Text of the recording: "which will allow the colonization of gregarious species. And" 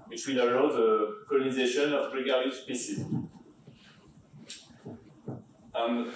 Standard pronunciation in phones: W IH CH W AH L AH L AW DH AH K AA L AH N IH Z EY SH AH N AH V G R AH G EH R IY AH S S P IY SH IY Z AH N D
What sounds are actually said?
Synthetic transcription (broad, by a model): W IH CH W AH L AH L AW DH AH K AA L AH N IH Z EY SH AH N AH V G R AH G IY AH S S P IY S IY AH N